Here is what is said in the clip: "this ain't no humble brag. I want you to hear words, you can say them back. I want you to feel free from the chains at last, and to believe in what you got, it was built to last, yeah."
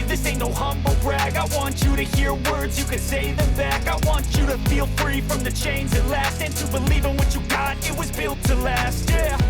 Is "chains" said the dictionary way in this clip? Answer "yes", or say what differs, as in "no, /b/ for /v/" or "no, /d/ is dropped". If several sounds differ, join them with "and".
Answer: yes